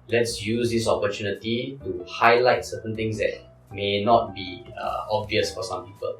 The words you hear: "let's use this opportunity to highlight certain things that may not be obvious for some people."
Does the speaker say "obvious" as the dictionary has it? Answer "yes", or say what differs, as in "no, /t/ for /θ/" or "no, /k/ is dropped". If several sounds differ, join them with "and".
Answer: yes